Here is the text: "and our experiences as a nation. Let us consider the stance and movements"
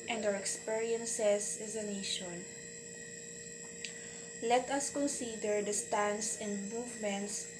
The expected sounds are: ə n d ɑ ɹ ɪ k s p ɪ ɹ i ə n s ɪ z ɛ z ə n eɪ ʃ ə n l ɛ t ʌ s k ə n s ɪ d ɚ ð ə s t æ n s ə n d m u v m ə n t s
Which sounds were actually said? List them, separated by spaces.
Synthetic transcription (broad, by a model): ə n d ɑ w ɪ k s p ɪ ɹ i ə n s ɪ s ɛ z ə n eɪ ʃ ə n l ɛ t ʌ s k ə n s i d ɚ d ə s t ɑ n s ə n d m u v m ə n t s